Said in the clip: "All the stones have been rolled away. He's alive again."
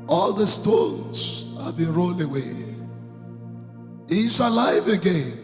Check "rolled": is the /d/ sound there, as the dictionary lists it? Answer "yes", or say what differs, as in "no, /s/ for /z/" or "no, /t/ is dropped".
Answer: no, /d/ is dropped